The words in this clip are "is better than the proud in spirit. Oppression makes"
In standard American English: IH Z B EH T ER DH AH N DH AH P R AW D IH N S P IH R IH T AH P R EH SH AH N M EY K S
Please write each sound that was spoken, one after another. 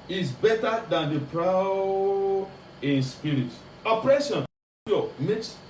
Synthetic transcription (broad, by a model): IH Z B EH T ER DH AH N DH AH P R AW IH N S P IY R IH T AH P R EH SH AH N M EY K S